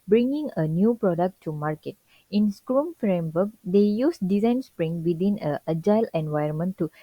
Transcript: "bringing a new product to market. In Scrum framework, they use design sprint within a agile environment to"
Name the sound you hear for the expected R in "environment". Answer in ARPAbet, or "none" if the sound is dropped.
none